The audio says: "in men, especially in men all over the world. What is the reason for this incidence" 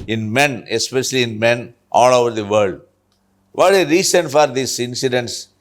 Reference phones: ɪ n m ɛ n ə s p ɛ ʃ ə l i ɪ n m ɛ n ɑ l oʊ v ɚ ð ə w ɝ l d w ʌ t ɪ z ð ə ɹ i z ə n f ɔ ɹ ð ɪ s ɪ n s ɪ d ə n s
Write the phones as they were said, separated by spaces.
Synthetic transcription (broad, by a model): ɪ n m ɛ n ə s p ɛ ʃ ə l i ɪ n m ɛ n ɑ l oʊ v ɚ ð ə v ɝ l d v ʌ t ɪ ɹ i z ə n f ɔ ɹ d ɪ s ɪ n s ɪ d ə n s